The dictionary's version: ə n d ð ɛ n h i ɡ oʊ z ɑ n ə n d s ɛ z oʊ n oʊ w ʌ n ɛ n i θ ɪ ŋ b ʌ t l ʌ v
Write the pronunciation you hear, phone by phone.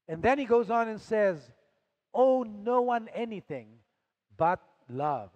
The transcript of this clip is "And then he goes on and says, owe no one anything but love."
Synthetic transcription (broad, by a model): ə n ð ɛ n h i ɡ oʊ z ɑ n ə n s ɛ z oʊ n oʊ w ʌ n ɛ n i θ ɪ ŋ b ʌ t l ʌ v